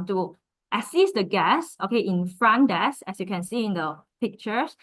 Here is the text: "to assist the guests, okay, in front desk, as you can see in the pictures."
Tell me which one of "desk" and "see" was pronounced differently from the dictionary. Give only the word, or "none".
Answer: desk